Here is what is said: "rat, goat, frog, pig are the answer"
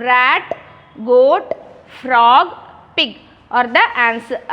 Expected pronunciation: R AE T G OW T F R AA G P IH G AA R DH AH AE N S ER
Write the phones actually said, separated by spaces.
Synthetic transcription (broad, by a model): R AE T G OW T F R AA G P IH G AA R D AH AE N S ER